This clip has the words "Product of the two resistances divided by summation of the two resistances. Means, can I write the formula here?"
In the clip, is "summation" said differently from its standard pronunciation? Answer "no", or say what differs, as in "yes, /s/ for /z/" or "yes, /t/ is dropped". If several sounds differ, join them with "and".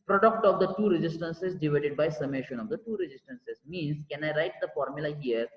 no